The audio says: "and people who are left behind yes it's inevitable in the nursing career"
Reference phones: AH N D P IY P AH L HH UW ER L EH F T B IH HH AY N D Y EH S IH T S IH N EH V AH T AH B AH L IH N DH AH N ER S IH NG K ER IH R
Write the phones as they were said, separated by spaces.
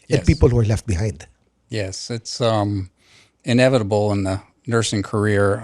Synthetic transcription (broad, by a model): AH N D P IY P AH L HH UW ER L EH F T B IH HH AY N D Y EH S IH T S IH N EH V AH T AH B L IH N DH AH N ER S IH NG K ER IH R